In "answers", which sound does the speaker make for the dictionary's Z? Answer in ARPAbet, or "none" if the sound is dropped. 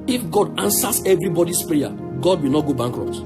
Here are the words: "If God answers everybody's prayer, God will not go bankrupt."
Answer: S